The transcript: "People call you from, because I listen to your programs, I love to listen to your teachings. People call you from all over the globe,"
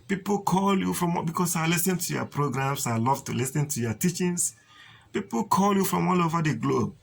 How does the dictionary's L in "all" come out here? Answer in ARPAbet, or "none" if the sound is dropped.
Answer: L